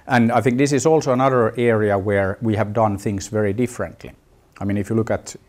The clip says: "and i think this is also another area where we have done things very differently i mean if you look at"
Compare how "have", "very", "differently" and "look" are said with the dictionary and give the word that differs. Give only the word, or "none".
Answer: none